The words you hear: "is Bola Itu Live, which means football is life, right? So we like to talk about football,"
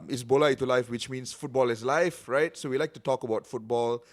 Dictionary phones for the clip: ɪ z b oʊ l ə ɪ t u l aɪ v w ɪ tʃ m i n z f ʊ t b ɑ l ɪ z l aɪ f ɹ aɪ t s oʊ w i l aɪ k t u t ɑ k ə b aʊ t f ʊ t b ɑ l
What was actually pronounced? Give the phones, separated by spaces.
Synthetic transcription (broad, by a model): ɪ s b oʊ l ə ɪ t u l aɪ f w ɪ tʃ m i n s f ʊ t b ɑ l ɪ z l aɪ f ɹ aɪ t s oʊ w i l aɪ k t u t ɑ k ə b aʊ t f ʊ t b ɑ l